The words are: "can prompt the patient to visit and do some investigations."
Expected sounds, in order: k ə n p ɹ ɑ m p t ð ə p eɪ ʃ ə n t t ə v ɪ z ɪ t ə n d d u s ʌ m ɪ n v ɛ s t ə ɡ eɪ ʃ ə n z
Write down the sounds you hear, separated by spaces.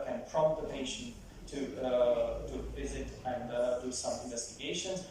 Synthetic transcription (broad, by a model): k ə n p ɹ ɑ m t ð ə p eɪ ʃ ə n t t ə v ɪ z ɪ t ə n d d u s ʌ m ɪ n v ɛ s t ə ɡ eɪ ʃ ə n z